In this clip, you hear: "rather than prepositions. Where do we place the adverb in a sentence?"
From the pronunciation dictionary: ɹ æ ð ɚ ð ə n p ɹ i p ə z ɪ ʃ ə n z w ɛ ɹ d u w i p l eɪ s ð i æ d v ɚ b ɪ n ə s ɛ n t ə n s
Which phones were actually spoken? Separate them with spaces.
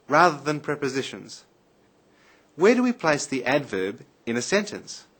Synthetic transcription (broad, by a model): ɹ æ ð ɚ ð ə n p ɹ i p ə z ɪ ʃ ə n z w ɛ ɹ d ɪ w i p l eɪ s ð i æ d v ɚ b ɪ n ə s ɛ n t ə n s